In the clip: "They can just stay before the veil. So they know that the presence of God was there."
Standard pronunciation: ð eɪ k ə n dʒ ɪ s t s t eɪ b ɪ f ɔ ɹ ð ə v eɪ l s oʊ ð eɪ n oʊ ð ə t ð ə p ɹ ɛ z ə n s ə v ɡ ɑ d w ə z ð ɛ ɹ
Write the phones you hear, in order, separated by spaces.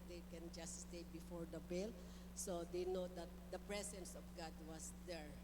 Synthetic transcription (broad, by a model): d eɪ k ə n dʒ ɪ s t s t eɪ b ɪ f ɔ ɹ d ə b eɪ l s oʊ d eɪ n oʊ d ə t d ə p ɹ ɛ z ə n s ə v ɡ ɑ d w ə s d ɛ ɹ